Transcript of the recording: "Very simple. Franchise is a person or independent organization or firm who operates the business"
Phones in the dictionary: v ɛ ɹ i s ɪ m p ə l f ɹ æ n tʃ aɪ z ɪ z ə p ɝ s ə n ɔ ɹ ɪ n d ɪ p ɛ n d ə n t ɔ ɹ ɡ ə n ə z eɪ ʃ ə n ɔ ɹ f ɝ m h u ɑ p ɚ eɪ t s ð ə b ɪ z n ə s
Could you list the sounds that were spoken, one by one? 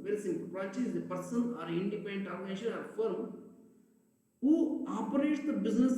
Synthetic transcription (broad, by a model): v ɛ ɹ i s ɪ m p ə l p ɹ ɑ tʃ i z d ə p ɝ s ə n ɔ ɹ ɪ n d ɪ p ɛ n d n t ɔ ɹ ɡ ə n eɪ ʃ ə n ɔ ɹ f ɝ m h u ɑ p ɚ eɪ t s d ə b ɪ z n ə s